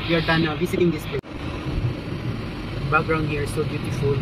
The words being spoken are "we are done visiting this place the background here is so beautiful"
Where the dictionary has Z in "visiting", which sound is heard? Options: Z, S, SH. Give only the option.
S